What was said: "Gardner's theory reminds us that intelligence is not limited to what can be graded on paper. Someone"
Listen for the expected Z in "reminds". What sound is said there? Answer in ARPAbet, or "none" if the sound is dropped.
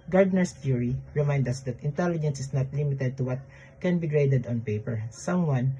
none